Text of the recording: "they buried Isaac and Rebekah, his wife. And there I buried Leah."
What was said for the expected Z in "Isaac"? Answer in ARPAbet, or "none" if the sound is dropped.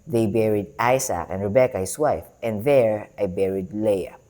S